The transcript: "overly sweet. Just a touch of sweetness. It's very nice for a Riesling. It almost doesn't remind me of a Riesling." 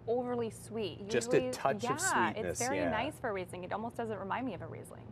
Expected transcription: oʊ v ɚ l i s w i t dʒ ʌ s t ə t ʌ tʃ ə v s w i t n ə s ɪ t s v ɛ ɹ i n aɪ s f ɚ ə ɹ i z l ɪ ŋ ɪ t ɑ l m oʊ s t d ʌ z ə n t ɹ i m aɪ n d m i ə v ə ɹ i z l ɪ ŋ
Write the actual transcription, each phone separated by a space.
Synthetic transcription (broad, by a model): oʊ v ɚ l i s w i t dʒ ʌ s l ə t ʌ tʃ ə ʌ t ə ɪ s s v ɛ ɹ i n aɪ s f ɚ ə ɹ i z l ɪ ŋ ɪ t ɑ l m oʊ s d ʌ z ə n t ɹ i m aɪ n d m i ə v ə ɹ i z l ɪ ŋ